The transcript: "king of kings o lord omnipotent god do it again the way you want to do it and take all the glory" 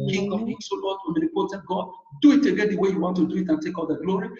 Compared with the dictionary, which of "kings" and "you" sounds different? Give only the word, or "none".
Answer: kings